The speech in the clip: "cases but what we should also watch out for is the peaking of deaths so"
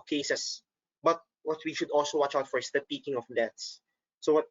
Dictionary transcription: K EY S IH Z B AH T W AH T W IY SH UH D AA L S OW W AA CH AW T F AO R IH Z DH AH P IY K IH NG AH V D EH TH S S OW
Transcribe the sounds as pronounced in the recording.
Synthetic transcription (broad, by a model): K EY S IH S B AH T W AH T W IY SH UH D AA L S OW W AA CH AW T F AO R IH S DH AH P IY K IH NG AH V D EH T S S OW